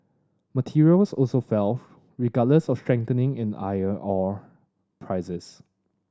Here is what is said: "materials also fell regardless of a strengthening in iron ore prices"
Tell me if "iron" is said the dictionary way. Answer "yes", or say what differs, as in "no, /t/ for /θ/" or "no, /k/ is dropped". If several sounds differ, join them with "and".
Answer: no, /n/ is dropped